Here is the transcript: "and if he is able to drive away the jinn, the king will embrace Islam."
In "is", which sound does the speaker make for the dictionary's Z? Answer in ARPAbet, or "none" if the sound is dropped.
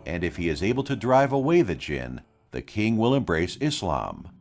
Z